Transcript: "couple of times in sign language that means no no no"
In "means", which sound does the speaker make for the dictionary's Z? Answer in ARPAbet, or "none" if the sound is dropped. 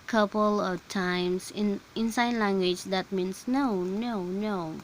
S